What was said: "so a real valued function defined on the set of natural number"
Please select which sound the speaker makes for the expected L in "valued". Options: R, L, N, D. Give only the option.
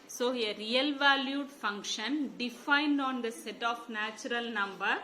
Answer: L